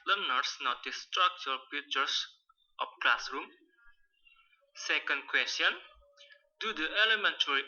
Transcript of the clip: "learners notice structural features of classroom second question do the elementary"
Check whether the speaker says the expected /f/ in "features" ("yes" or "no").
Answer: no